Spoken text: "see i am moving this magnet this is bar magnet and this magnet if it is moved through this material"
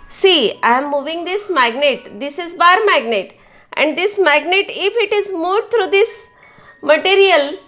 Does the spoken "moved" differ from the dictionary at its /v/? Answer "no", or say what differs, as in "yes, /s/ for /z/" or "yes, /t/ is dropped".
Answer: yes, /v/ is dropped